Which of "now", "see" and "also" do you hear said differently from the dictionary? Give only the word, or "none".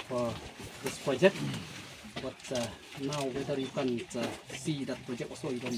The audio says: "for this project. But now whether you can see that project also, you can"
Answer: also